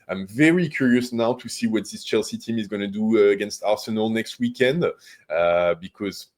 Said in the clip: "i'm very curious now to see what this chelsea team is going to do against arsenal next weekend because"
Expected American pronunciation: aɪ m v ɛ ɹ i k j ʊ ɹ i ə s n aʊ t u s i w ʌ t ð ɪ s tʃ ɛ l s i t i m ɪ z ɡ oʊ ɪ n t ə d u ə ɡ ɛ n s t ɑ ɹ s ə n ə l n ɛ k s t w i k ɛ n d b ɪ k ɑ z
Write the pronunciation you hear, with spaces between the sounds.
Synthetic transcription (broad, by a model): aɪ m v ɛ ɹ i k j ʊ ɹ i ə s n aʊ t u s i w ʌ t ð ɪ s tʃ ɛ l s i t i m ɪ z ɡ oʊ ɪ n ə d u ə ɡ ɛ n s t ɑ ɹ s ə n ə l n ɛ k s t w i k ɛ n d b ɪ k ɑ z